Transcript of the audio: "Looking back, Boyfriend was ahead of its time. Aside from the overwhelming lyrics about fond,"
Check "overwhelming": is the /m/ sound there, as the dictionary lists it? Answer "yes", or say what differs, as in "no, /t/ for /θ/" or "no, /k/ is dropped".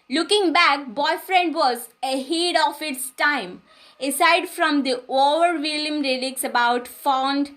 no, /m/ is dropped